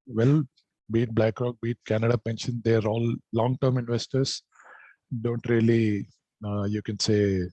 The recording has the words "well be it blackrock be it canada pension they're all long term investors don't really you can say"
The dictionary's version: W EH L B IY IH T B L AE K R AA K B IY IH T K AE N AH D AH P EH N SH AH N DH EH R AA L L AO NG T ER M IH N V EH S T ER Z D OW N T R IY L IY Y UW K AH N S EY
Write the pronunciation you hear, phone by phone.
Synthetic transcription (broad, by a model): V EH L B IY T B L AE K R AA K B IY T K AE N AH D AH P EH N SH AH N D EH R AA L L AO NG T ER M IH N V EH S T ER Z D OW N T R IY L IY Y UW K AH N S EY